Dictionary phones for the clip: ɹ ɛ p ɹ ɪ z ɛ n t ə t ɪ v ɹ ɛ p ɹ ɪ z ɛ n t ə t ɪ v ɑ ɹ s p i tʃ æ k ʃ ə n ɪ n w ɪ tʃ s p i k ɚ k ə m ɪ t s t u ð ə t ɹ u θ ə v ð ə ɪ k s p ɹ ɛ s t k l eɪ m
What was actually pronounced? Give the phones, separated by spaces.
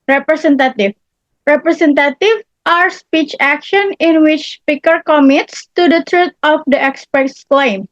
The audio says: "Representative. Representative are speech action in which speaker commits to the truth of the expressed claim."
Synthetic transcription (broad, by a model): ɹ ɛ p ɹ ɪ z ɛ n t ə t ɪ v ɹ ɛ p ɹ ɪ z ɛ n t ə t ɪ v ɑ ɹ s p i tʃ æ k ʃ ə n ɪ n w ɪ tʃ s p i k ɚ k ə m ɪ t s t u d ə t ɹ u t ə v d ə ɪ k s p ɛ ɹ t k l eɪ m